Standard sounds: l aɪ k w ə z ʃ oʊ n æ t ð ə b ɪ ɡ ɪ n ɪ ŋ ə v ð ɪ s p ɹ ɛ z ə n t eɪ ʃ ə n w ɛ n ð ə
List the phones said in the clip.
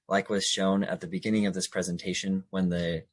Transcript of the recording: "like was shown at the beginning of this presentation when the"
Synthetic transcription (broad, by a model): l aɪ k w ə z ʃ oʊ n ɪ t ð ə b ɪ ɡ ɪ n ɪ ŋ ə v ð ɪ s p ɹ ɛ z ə n t eɪ ʃ ə n w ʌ n ð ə